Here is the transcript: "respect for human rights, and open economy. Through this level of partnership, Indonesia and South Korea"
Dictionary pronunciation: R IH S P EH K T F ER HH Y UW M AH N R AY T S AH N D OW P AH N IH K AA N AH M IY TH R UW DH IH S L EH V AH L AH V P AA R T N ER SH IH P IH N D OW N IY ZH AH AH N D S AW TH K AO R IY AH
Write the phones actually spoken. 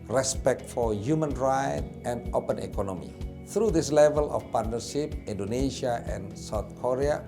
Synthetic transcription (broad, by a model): R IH S P EH K T F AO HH Y UW M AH N R AY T AH N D OW P AH N IH K AA N AH M IY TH R UW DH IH S L EH V AH L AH F P AA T N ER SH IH P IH N D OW N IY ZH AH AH N S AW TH K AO R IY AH